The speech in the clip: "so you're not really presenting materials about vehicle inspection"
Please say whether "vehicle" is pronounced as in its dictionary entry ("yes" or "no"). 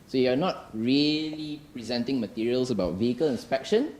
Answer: yes